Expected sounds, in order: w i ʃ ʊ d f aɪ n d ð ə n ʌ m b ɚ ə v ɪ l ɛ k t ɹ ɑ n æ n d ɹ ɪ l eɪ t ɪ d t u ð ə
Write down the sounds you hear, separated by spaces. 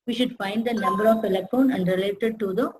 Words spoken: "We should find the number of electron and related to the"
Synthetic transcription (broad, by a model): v i ʃ ʊ d f aɪ n d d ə n ʌ m b ɚ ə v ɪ l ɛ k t ɑ n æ n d ɹ ɪ l eɪ t ɪ d t u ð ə